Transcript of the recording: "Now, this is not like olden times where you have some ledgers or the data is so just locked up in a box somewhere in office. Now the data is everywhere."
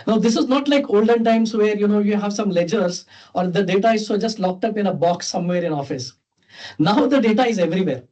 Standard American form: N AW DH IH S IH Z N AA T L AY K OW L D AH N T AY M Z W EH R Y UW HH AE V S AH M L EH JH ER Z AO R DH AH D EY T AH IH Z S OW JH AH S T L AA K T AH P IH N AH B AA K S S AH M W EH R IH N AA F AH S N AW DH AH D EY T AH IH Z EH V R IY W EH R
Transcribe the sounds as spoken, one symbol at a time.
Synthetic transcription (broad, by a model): N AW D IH S IH Z N AA T L AY K OW L D AH N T AY M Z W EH R Y UW HH AE V S AH M L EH JH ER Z AO R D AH D EY T AH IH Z S OW JH AH S T L AA K T AH P IH N AH B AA K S S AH M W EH R IH N AA F AH S N AW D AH D EY T AH IH Z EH V R IY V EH R